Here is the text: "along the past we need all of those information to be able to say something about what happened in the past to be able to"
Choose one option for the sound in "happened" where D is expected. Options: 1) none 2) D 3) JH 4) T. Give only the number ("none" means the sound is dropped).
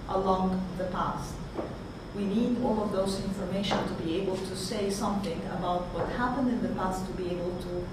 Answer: 2